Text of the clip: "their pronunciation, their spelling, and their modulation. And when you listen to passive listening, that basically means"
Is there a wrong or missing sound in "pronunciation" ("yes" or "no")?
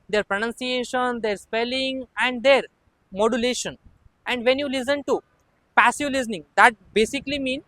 no